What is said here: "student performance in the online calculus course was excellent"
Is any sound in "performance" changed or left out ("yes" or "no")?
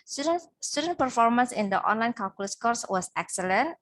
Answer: no